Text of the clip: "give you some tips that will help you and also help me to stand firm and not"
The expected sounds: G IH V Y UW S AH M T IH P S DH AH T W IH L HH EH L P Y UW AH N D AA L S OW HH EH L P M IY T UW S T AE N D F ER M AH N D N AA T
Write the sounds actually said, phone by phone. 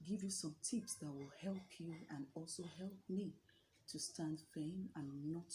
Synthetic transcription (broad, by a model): G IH V Y UW S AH M T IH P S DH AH T W IH L HH EH L P Y UW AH N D AA L S OW HH EH L P M IY T UW S T AE N D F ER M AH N N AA T